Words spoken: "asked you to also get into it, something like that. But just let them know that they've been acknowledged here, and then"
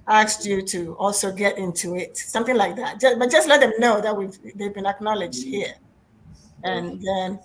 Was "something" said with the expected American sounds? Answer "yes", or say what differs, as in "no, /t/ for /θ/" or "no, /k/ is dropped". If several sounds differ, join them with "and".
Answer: yes